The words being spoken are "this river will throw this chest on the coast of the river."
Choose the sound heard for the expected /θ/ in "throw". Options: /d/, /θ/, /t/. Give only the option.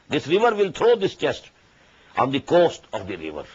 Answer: /t/